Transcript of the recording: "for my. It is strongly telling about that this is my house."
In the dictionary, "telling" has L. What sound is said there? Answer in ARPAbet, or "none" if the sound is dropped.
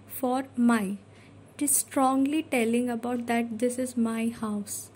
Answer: L